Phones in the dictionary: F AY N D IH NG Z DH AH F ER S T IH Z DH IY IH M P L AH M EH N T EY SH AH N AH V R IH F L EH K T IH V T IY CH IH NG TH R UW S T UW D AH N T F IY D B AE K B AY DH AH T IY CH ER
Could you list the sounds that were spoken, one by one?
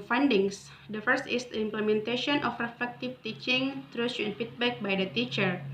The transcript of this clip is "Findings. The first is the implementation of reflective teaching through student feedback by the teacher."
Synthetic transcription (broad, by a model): F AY N D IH NG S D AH F ER S T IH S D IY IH M P L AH M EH N T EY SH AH N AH F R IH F EH K T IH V T IY CH IH NG T R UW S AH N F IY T B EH K B AY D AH T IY CH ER